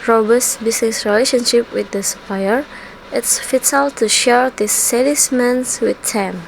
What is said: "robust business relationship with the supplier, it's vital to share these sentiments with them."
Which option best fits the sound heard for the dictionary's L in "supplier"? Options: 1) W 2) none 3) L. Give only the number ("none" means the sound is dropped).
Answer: 2